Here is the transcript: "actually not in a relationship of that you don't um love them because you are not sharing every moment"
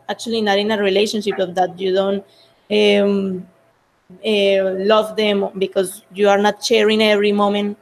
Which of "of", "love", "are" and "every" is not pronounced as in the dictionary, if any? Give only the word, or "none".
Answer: of